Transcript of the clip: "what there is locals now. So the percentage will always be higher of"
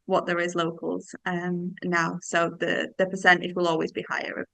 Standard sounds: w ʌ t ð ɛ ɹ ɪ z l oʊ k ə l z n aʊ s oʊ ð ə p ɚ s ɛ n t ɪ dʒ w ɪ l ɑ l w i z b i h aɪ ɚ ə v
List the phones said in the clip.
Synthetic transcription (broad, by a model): w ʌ t ð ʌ ɹ ɪ z l oʊ k ə l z n aʊ s oʊ ð ə p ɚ s ɛ n t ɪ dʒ w ɪ l ɑ l w i z b i h aɪ ɚ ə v